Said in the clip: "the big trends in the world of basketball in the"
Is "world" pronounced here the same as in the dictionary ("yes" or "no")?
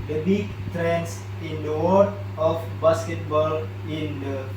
no